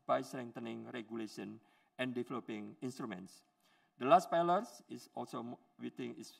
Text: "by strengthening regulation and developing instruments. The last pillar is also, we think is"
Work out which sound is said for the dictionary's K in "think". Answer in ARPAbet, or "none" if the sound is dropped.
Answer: none